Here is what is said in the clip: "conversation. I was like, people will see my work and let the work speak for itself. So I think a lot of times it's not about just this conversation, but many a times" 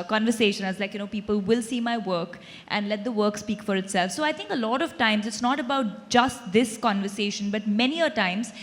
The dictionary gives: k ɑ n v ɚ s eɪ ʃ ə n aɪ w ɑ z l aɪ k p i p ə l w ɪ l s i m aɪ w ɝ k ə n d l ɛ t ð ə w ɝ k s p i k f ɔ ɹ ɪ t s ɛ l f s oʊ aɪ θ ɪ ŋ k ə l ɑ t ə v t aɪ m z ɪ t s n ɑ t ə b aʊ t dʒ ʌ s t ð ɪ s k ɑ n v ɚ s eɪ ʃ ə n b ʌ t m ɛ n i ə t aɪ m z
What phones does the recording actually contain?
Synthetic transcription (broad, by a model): k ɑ n v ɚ s eɪ ʃ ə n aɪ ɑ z l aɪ k p i p ə l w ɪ l s i m aɪ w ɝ k ə n d l ɛ t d ə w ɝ k s p i k f ɔ ɹ ɪ t s ɛ l f s oʊ aɪ t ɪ ŋ k ə l ɑ t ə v t aɪ m z ɪ t s n ɑ t ə b aʊ t dʒ ʌ s t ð ɪ s k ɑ n v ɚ s eɪ ʃ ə n b ʌ t m ɛ n i ə t aɪ m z